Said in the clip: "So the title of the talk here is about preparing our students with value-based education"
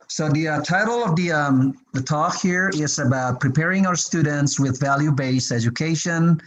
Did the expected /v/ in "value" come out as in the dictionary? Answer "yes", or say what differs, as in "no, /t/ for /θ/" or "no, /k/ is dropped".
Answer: yes